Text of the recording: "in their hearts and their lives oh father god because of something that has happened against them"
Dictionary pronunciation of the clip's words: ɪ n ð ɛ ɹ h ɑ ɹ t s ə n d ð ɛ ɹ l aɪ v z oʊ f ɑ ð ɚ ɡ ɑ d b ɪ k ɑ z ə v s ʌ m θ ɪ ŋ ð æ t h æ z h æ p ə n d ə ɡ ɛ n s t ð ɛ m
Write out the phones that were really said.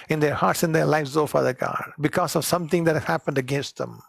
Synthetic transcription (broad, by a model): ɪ n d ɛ ɹ h ɑ ɹ t s ə n d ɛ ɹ l aɪ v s oʊ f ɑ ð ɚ ɡ ɑ d b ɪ k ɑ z ə v s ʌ m t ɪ ŋ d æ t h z h æ p ə n d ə ɡ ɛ n s t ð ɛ m